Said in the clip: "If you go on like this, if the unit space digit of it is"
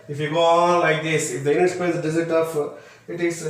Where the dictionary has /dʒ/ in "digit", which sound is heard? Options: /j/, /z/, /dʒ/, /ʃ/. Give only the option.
/z/